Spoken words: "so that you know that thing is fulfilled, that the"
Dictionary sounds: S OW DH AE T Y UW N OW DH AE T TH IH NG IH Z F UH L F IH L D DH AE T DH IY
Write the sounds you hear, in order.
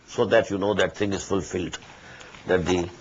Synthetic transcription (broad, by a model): S OW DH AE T Y UW N OW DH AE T T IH NG IH Z F UH L F IH L D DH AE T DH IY